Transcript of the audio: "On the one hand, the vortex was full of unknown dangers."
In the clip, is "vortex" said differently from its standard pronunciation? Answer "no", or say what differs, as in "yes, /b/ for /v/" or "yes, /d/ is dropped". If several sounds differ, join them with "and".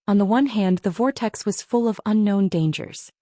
no